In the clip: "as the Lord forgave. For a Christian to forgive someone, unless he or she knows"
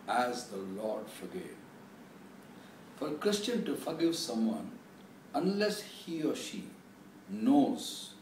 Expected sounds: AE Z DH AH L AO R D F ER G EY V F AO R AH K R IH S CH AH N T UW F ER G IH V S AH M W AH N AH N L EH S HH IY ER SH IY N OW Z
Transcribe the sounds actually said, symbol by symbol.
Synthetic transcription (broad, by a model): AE Z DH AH L AO R D F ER G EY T F AO R K R IH S CH AH N T UW F ER G IH V S AH M W AH N AH N L EH S HH IY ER SH IY N OW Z